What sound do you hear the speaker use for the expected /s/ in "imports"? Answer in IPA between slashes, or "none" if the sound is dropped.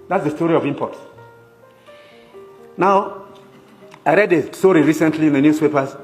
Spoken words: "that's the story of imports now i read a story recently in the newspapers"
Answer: none